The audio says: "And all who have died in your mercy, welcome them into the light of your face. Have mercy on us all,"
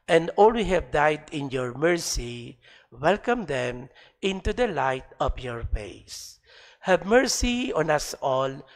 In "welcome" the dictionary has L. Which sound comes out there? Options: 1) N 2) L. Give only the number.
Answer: 2